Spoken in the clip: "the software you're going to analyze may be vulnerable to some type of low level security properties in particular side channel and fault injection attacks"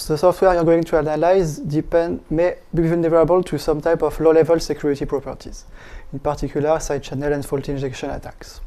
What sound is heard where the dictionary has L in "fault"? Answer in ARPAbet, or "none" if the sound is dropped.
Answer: L